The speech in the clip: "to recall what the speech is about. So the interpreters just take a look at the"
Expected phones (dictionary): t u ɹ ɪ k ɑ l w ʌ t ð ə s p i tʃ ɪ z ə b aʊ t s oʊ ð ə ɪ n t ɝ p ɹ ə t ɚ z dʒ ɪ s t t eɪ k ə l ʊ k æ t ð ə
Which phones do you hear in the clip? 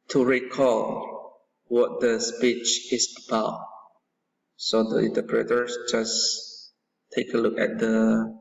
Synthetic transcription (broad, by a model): t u ɹ ɪ k ɑ l w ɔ t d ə s p i tʃ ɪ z ə b aʊ t s oʊ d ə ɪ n t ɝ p ɹ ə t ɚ s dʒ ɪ s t t eɪ k ə l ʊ k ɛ t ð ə